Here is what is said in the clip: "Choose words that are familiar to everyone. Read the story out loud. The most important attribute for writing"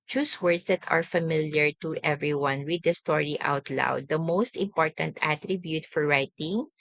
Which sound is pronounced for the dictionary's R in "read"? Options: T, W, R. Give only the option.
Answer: W